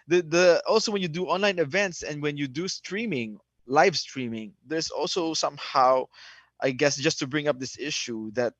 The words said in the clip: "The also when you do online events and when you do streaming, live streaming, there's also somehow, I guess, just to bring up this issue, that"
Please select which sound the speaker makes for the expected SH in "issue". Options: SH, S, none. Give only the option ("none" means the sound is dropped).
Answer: SH